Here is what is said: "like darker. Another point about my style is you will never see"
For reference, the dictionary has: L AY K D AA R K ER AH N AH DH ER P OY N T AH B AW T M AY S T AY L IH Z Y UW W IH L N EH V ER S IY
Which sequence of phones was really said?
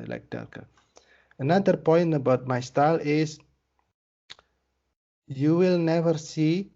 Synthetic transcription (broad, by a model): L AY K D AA L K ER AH N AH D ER P OY N T AH B AW T M AY S T AY L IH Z Y UW W IH L N EH V ER S IY